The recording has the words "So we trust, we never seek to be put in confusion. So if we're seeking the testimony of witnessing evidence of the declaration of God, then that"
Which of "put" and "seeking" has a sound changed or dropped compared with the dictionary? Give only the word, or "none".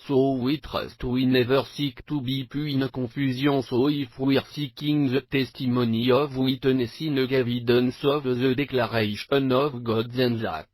put